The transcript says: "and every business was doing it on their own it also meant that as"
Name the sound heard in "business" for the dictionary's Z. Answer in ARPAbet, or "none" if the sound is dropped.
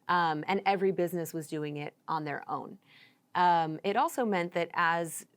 Z